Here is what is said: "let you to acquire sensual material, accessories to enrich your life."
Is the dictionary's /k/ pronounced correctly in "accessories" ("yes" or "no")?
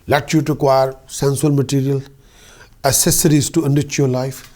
no